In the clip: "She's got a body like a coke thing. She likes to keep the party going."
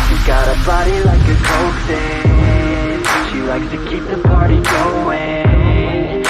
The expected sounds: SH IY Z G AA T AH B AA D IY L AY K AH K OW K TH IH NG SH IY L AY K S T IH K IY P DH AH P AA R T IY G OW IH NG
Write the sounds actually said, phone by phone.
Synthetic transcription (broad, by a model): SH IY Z G AA T AH B AA D IY L AY K AH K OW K S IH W SH IY L AY K S T IH K IY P DH AH P AA R T IY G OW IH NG